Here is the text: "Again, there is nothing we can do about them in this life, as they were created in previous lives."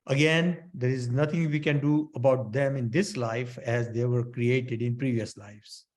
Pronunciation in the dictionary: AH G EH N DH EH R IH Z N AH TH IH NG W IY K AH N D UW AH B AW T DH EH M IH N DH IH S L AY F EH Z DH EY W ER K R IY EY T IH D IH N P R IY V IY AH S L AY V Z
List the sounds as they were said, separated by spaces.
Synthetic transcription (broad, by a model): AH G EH N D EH R IH Z N AH T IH NG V IY K AH N D UW AH B AW T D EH M IH N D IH S L AY F EH Z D EY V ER K R IY EY T IH D IH N P R IY V IY AH S L AY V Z